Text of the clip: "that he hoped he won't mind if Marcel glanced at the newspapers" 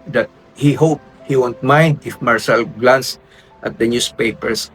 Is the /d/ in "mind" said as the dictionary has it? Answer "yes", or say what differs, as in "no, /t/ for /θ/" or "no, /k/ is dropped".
yes